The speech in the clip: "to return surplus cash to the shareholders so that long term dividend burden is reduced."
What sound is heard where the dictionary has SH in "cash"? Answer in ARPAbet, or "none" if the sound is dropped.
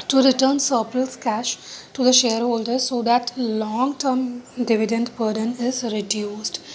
SH